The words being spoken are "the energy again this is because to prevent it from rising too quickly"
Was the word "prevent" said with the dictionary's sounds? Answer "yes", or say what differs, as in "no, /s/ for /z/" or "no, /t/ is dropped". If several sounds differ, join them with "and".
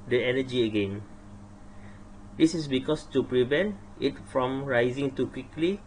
yes